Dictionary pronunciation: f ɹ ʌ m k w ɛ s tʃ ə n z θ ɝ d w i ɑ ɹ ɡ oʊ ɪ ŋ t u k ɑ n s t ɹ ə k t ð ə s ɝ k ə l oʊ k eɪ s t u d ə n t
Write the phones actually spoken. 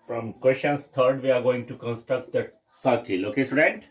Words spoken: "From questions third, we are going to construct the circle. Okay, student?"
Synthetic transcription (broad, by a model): f ɹ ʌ m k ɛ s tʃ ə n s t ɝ d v i ɑ ɹ ɡ oʊ ɪ ŋ t u k ɑ n s t ɹ ə k t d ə s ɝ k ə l oʊ k eɪ s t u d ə n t